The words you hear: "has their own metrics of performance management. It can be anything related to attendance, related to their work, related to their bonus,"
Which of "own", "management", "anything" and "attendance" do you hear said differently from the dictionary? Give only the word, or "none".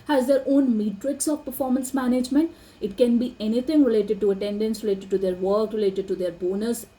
anything